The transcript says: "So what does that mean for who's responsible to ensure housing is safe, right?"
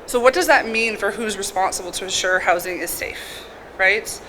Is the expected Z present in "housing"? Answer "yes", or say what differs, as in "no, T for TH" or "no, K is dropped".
yes